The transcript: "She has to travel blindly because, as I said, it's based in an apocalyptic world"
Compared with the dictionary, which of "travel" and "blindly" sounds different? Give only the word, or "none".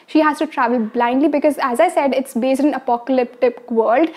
none